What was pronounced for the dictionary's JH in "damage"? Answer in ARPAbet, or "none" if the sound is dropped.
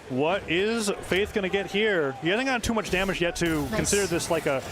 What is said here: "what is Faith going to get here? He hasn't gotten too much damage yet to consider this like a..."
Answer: JH